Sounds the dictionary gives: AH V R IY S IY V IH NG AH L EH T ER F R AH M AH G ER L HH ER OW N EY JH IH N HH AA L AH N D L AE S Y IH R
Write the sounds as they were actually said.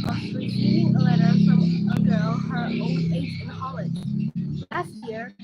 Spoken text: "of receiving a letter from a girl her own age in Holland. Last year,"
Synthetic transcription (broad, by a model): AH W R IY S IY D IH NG AH L EH T ER F R AH M AH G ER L HH ER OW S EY SH IH N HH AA L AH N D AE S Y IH R